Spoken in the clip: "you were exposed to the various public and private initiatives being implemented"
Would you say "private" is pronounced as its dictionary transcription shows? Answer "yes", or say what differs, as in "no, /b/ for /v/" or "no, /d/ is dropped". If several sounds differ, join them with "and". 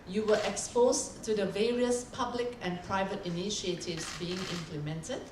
yes